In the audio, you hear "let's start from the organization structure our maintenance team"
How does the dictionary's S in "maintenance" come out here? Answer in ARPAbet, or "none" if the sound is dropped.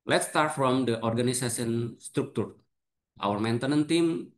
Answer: none